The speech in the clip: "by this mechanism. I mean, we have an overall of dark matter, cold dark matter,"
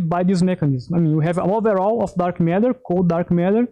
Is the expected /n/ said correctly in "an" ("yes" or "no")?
no